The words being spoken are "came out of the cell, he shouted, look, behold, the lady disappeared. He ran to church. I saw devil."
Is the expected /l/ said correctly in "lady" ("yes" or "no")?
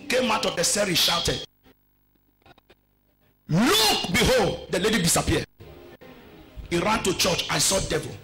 yes